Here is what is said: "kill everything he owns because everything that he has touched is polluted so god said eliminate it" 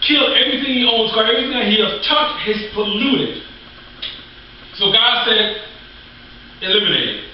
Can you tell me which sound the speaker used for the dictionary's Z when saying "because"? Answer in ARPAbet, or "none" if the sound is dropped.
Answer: none